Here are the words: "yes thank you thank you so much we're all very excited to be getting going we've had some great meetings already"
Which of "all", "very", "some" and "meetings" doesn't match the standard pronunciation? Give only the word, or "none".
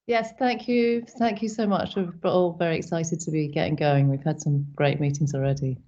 none